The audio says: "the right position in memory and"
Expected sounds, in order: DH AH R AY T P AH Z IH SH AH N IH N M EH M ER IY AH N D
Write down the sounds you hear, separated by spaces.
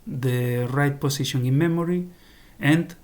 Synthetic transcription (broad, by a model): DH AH R AY T P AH S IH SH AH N IH N M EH M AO IY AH N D